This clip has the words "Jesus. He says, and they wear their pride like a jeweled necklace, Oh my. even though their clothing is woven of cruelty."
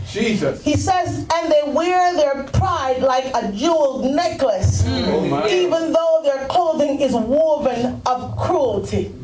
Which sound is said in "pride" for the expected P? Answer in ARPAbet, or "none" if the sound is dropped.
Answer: P